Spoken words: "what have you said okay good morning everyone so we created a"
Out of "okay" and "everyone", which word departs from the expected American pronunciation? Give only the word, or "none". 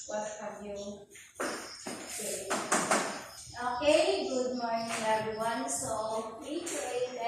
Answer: everyone